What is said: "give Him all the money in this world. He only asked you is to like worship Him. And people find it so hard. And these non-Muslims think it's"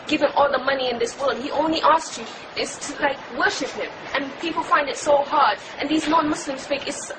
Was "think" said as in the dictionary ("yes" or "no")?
no